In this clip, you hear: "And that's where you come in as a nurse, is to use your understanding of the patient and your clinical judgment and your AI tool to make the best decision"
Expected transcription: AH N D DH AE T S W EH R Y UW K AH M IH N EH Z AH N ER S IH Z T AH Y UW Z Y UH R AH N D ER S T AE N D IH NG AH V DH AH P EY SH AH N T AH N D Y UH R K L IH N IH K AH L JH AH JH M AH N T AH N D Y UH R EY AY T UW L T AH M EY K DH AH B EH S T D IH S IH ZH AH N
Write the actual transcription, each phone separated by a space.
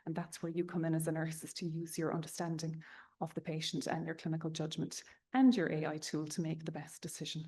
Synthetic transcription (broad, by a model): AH N DH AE T S W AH R Y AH K AH M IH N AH Z AH N ER S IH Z T AH Y UW Z Y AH R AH N D ER S T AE N D IH NG AH V DH AH P EY SH AH N T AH N Y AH R K L IH N IH K AH L JH AH JH M AH N T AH N Y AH R EY AY T UW L T AH M EY K DH AH B EH S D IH S IH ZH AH N